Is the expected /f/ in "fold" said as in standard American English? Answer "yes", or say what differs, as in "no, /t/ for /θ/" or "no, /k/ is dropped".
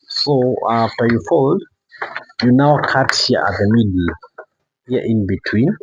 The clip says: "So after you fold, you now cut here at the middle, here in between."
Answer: yes